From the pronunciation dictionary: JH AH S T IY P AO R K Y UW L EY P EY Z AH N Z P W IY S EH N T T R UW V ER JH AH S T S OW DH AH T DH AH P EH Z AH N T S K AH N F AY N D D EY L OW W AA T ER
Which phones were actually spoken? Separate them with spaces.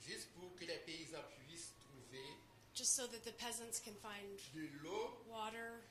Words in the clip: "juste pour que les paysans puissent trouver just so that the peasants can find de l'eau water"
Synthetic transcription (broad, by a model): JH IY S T P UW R K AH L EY P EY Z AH P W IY S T T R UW V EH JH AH S T S OW DH AH T DH AH P EH Z AH N T S K AH N F AY N D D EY L OW W AA T ER